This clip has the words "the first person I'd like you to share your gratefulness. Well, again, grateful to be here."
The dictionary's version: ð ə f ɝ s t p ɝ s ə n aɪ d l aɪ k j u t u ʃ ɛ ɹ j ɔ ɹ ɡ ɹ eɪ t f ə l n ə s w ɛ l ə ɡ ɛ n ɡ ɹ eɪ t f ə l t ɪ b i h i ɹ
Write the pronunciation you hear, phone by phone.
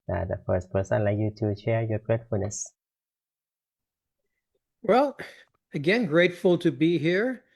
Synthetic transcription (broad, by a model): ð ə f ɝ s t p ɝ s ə ɪ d l aɪ k j u t u ʃ ɛ ɹ j ɔ ɹ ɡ ɹ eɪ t f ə l n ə s w ɛ l ə ɡ ɛ n ɡ ɹ eɪ t f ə l t ɪ b i h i ɹ